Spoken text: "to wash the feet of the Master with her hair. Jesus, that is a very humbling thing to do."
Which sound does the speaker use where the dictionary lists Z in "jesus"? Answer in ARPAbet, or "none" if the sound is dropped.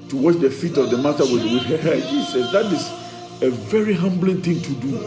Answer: S